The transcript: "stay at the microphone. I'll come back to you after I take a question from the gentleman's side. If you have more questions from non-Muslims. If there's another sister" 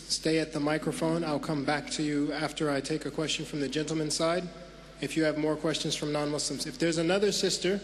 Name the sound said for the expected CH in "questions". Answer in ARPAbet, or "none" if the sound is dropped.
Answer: CH